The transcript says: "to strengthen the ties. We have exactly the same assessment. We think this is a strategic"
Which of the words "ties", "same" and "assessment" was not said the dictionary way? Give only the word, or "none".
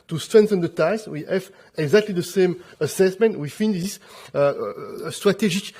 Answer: ties